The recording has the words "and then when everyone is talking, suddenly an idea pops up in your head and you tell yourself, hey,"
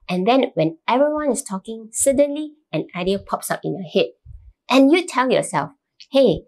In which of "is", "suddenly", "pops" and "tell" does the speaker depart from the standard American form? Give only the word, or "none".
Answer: is